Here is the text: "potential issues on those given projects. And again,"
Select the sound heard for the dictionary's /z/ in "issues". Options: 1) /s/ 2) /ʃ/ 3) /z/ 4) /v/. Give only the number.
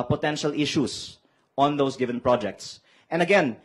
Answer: 1